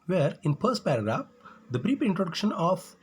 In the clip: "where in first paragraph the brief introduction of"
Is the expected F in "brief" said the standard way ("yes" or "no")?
no